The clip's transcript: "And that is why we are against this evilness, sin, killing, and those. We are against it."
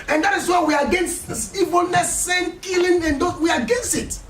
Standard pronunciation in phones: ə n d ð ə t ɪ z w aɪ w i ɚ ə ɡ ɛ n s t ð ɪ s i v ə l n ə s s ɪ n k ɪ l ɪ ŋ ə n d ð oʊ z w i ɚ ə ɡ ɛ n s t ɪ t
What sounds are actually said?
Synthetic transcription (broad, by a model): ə n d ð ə t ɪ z w aɪ w i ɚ ə ɡ ɛ n s t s i v ə l n ə s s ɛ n k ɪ l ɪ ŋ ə n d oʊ w i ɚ ə ɡ ɛ n s t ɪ t